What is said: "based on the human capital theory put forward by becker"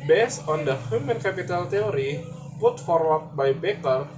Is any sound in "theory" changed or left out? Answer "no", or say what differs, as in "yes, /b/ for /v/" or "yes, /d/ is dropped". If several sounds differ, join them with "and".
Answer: yes, /t/ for /θ/